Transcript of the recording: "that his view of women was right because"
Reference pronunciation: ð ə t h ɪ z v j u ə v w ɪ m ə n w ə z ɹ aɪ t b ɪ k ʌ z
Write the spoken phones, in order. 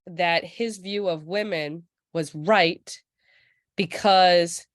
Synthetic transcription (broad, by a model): ð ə t h ɪ z v j u ə v w ɪ m ə n w ə z ɹ aɪ t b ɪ k ʌ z